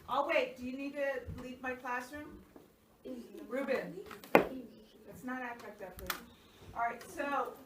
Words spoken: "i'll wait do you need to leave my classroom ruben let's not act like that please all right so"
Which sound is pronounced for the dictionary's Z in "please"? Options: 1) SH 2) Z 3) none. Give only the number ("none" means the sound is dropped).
3